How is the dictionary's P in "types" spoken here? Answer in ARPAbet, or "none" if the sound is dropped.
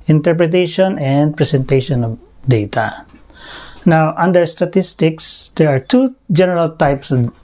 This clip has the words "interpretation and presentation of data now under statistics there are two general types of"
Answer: P